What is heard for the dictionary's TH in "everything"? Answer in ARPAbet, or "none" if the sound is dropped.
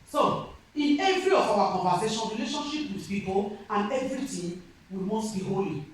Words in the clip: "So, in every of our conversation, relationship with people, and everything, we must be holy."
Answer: T